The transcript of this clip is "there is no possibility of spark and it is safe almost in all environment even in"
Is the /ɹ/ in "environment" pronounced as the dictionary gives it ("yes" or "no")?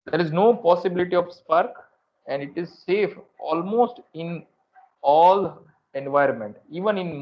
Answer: yes